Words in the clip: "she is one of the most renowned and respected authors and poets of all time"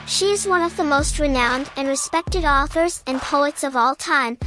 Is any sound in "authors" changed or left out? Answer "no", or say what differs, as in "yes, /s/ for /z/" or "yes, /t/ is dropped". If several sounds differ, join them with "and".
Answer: no